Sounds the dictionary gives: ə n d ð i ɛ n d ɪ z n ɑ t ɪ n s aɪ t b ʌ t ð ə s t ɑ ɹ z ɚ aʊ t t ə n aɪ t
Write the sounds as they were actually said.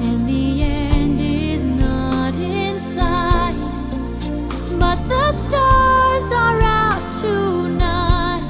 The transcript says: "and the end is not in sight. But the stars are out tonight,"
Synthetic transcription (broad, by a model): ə n ð i ɛ n d ɪ z n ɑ t ɪ n s aɪ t b ʌ t ð ə s t ɑ ɹ z ɚ aʊ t t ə n aɪ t